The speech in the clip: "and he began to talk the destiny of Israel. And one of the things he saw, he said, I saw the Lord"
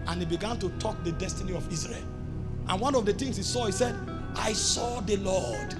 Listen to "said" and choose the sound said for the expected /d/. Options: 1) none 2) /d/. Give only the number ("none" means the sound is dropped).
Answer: 2